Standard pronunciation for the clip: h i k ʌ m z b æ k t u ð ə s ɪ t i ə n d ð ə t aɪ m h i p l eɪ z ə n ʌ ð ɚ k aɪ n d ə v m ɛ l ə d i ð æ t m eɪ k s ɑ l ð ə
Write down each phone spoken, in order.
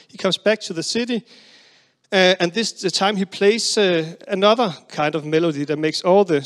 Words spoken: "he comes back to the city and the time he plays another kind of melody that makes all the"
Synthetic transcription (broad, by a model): h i k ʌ m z b æ k t u ð ə s ɪ t i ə n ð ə t aɪ m h i p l eɪ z ə n ʌ ð ɚ k aɪ n d ə v m ɛ l ə d i ð æ t m eɪ k s ɑ l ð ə